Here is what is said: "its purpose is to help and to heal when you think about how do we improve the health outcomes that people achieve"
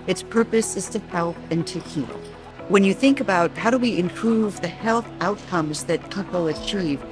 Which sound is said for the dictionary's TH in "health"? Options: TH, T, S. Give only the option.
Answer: TH